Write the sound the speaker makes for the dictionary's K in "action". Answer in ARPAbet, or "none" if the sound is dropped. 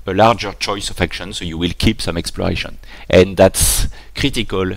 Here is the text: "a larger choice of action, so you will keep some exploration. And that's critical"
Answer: K